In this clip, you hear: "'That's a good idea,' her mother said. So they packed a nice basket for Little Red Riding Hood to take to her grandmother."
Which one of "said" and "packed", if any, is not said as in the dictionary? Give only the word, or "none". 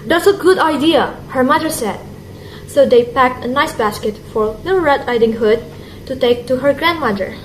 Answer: none